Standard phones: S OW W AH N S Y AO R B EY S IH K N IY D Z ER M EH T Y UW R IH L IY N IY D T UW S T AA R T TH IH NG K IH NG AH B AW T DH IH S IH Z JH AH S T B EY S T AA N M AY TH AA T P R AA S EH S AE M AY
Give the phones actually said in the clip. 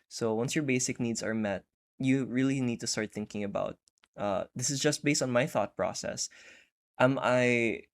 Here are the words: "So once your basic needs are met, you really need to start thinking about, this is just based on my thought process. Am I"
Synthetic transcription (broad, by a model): S OW W AH N S Y AO R B EY S IH K N IY D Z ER M EH T Y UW R IH L IY N IY D T UW S T AA R T TH IH NG K IH NG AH B AW T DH IH S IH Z JH AH S T B EY S T AA N M AY TH AA T P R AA S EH S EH M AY